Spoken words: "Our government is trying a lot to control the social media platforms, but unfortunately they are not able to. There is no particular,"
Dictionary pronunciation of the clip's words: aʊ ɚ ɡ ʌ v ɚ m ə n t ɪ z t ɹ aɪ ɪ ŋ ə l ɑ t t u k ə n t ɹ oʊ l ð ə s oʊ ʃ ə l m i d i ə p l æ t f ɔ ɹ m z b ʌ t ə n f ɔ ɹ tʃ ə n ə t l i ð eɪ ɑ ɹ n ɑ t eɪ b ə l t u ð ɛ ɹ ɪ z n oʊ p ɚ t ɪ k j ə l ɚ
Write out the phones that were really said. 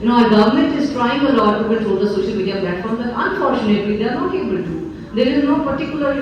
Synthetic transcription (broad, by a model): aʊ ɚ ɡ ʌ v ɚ m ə n t ɪ z t ɹ aɪ ɪ ŋ ə l ɑ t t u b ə t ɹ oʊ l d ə s oʊ ʃ ə l m i d i ə p l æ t f ɔ ɹ m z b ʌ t ə n f ɔ ɹ tʃ ə n ə t l i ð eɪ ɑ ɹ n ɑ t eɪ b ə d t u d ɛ ɹ ɪ z n oʊ p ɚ t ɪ k j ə l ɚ